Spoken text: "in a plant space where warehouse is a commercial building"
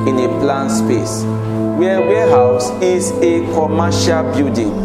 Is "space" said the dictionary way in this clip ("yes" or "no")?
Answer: yes